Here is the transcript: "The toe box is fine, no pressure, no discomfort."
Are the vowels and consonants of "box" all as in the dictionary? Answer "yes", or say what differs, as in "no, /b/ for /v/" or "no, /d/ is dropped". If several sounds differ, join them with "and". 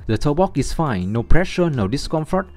no, /s/ is dropped